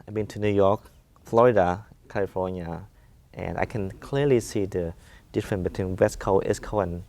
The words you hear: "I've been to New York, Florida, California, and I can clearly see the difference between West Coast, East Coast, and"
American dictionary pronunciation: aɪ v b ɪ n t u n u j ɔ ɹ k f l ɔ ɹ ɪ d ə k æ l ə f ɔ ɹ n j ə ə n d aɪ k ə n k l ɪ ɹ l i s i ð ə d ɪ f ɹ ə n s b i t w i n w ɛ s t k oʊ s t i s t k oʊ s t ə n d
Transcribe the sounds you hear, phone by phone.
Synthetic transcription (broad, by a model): aɪ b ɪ n t u n u j ɔ k f l ɔ ɹ ɪ d ə k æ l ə f ɔ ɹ n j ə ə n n aɪ k ə n k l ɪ l i s i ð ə d ɪ f ɹ ə n s b i t w i n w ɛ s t k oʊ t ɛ s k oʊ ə n